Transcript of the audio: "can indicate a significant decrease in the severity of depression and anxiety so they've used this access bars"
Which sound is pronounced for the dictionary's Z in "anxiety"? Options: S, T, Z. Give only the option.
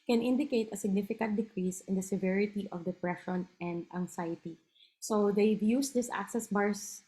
S